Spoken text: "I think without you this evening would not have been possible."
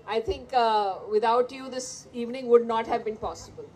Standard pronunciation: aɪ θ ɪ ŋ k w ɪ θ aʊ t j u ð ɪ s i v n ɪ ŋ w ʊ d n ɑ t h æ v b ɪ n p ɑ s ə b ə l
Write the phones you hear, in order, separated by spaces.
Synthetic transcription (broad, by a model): aɪ t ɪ ŋ k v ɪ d aʊ t j u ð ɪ s i v n ɪ ŋ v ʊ d n ɑ t h æ v b ɪ n p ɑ s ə b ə l